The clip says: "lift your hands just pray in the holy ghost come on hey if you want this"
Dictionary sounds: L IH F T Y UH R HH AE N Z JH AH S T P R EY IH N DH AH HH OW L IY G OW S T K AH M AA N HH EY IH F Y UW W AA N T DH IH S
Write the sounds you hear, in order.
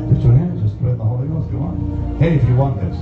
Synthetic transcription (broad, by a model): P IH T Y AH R HH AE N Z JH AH S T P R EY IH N DH AH HH OW L IY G OW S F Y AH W AA N HH EY IH F Y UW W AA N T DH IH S